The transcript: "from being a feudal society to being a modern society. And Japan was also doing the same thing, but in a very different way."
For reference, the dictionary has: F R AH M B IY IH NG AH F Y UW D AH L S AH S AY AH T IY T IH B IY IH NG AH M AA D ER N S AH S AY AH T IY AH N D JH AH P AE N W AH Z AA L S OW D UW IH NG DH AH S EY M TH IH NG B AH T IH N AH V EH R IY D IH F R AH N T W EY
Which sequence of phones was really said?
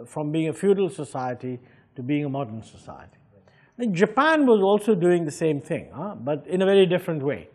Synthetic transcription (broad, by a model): F R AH M B IY IH NG AH F Y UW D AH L S AH S AY AH T IY T IH B IY IH NG AH M AA D ER N S AH S AY AH T IY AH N JH AH P AE N W AH Z AA L S OW D UW IH NG DH AH S EY M TH IH NG B AH T IH N AH V EH R IY D IH F R AH N T W EY